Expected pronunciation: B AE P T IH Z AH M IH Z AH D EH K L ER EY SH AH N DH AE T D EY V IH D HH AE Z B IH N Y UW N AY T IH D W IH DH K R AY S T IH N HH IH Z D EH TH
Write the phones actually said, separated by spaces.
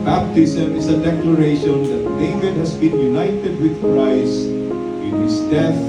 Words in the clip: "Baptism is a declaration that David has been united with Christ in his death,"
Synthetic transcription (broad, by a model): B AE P T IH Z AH M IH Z AH D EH K L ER EY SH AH N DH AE T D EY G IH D HH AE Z B IH N Y UW N AY T IH D W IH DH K R AY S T IH N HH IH S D EH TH